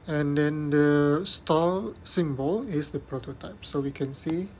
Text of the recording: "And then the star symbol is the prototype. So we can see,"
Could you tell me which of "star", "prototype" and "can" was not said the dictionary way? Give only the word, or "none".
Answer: star